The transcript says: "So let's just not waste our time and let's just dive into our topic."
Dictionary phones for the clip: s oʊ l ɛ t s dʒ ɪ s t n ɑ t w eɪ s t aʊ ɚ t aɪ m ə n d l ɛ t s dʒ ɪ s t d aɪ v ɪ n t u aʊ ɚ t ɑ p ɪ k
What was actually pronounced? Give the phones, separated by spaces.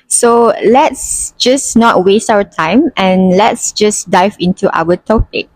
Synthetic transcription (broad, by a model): s oʊ l ɛ t s dʒ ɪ s n ɑ t w eɪ s t aʊ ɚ t aɪ m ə n l ɛ t s dʒ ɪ s d aɪ v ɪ n t u aʊ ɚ t ɑ p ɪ k